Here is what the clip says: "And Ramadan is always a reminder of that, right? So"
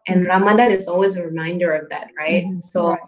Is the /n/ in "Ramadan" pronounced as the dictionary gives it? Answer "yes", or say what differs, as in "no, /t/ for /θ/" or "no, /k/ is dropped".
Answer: no, /n/ is dropped